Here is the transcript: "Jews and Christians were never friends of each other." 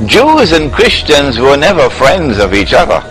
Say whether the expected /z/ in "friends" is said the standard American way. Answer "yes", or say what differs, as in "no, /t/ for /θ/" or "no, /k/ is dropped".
yes